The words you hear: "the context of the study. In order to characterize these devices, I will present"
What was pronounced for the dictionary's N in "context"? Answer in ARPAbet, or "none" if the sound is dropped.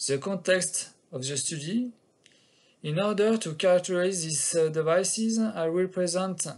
N